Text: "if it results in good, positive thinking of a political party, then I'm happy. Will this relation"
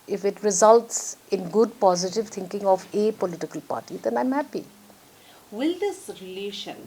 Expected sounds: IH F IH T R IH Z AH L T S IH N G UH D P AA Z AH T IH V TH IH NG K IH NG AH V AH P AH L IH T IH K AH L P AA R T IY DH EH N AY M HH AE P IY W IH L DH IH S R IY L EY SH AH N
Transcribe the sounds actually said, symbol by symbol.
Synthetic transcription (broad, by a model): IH F IH T R IH Z AH L T S IH N G UH D P AA Z AH T IH V T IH NG K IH NG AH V AH P AH L IH T IH K AH L P AA R T IY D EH N AY M HH AE P IY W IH L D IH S R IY L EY SH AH N